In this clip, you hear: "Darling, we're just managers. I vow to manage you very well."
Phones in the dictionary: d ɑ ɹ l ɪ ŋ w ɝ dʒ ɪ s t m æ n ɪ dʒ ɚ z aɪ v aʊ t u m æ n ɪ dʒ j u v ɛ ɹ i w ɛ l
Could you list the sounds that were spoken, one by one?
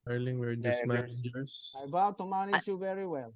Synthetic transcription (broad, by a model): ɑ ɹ l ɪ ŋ w ɝ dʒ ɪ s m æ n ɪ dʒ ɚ s aɪ b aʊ t u m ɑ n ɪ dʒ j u v ɛ ɹ i w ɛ l